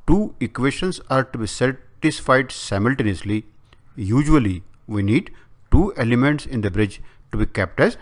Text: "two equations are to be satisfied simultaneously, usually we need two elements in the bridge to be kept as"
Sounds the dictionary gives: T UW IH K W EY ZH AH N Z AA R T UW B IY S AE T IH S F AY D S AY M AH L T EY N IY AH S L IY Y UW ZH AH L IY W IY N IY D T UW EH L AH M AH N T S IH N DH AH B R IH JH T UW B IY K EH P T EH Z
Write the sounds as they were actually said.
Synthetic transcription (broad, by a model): T UW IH K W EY SH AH N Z AA R T UW B IY S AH T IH S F AY D S AY M AH L T EY N IY AH S L IY Y UW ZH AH L IY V IY N IY D T UW EH L AH M AH N T S IH N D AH B R IH JH T UW B IY K EH P T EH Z